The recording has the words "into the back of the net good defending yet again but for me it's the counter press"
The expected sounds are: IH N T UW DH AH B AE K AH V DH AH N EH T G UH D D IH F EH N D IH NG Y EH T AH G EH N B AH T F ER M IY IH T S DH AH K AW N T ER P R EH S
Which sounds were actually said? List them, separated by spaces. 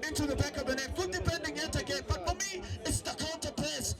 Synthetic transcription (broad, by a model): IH N T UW DH AH B AE K AH V DH AH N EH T G UH D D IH P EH N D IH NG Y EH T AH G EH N B AH T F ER M IY IH T S DH AH K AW N T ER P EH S